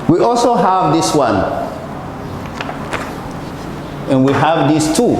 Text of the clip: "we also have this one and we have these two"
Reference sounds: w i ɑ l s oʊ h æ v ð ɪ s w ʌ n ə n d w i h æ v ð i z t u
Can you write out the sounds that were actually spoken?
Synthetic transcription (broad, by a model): w i ɑ l s oʊ h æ v ð ɪ s w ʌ n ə n w i h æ v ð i s t u